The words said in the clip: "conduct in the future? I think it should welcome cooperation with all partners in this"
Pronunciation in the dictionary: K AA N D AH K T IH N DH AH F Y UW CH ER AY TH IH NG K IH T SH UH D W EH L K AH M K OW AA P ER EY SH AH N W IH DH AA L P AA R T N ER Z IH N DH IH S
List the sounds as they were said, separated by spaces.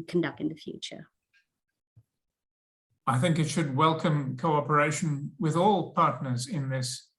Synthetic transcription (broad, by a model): K N D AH K T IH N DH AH F Y UW CH ER AY TH IH NG K IH T SH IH D W EH L K AH M K OW AA P ER EY SH AH N W IH DH AA L P AA R T N ER Z IH N DH IH S